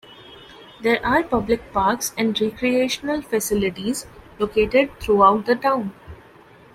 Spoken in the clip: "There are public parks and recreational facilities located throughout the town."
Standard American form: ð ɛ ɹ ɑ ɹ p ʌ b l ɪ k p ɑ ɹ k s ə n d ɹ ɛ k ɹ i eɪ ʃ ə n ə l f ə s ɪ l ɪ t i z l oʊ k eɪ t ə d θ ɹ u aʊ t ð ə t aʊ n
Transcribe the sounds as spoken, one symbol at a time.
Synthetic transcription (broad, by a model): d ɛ ɹ ɑ ɹ p ʌ b l ɪ k p ɑ ɹ k s ə n d ɹ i k ɹ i eɪ ʃ ə n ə l f ə s ɪ l ɪ t i z l oʊ k eɪ t ə d t ɹ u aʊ t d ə t aʊ n